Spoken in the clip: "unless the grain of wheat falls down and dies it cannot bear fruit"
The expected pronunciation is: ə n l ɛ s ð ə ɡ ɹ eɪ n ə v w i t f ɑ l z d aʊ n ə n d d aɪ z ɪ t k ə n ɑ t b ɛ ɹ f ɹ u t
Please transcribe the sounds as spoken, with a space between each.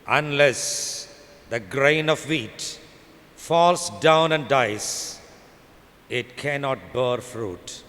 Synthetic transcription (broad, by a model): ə n l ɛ s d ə ɡ ɹ eɪ n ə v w i t f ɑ l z d aʊ n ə n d d aɪ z ɪ t k ə n ɑ t b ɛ ɹ f ɹ u t